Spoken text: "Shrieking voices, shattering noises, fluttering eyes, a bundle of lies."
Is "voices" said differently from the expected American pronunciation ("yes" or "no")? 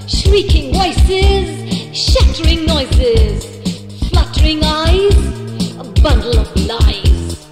yes